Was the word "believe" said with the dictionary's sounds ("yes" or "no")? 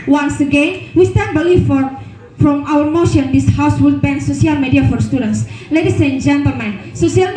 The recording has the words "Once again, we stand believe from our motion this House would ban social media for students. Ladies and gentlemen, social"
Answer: no